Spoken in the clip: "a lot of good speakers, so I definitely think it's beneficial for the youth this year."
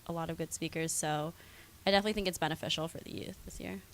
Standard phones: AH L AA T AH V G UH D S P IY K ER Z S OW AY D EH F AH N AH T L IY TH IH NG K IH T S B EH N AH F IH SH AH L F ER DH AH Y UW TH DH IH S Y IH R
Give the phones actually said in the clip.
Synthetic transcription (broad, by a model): AH L AA T AH V G UH D S P IY K ER Z S OW AY D EH F AH N AH T L IY TH IH NG K IH T S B EH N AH F IH SH L F ER DH AH Y UW TH DH IH S Y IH R